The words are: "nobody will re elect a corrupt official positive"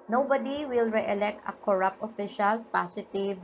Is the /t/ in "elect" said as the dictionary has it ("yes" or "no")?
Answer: yes